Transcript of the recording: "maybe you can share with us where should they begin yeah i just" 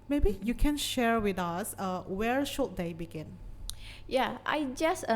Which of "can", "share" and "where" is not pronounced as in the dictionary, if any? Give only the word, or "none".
none